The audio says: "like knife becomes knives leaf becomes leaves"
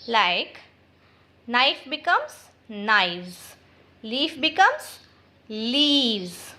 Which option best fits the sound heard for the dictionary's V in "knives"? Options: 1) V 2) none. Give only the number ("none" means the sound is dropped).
2